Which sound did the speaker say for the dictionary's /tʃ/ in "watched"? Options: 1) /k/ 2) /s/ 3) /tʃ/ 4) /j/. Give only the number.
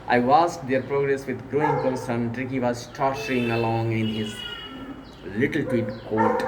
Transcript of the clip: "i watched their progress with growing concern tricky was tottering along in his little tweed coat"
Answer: 2